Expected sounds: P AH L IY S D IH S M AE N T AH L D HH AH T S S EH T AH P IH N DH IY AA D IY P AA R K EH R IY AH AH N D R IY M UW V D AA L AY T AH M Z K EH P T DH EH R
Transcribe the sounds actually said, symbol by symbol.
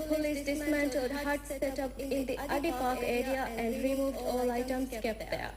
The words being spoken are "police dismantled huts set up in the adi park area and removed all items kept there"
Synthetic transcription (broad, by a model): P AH L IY S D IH S M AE N T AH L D HH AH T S S EH T AH P IH N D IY AA D IY P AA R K EH R IY AH AH N D R IY M UW V D AA L AY T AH M S K EH P T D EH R